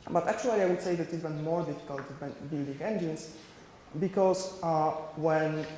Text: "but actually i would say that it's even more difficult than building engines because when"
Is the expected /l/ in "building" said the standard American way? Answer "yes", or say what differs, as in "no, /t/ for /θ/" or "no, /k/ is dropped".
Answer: yes